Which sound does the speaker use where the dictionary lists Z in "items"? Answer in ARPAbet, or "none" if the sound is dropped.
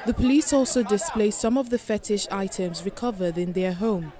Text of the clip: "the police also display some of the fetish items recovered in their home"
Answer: Z